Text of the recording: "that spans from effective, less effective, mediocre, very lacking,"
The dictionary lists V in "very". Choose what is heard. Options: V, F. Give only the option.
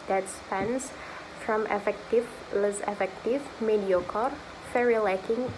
F